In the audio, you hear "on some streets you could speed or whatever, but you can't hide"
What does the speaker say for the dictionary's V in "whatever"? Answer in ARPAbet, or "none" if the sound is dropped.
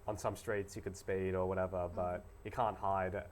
V